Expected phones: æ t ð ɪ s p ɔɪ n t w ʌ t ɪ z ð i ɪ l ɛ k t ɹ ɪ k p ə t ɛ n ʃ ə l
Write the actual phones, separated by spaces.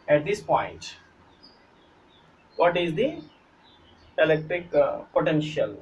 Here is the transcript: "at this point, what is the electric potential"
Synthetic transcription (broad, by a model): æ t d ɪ s p ɔɪ n t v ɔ t ɪ z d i ɪ l ɛ k t ɹ ɪ k p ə t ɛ n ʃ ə l